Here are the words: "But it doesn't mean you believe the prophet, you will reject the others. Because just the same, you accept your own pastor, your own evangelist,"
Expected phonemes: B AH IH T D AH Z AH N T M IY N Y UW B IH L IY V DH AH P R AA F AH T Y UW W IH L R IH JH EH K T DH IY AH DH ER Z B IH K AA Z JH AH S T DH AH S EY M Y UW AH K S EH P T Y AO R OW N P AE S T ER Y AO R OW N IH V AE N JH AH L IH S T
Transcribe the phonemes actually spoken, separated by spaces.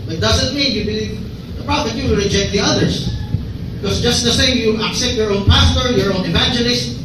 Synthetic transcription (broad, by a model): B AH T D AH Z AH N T M IY N Y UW B IH L IY V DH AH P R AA AH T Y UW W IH R IH JH EH K T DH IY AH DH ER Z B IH K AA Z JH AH S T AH S EY M Y UW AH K S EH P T Y AO R OW N P AE S T ER Y AO R OW N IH V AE N JH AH L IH S T